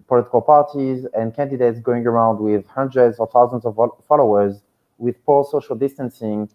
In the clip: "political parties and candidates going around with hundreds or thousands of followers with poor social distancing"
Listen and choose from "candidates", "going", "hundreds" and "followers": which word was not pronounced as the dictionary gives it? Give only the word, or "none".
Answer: none